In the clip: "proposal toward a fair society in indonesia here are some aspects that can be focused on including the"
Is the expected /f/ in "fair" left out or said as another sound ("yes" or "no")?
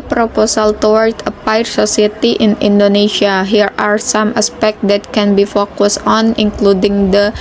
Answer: yes